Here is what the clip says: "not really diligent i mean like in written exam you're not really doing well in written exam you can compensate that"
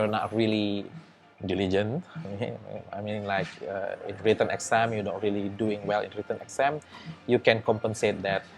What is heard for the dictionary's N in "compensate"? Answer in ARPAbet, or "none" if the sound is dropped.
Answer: N